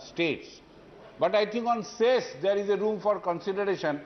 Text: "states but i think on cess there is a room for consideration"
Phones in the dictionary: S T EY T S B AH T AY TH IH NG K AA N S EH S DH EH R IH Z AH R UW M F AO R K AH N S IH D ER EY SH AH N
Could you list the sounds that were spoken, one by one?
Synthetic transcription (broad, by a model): S T EY T S B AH T AY T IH NG K AA N S EH S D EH R IH Z AH R UW M F AO R K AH N S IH D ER EY SH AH N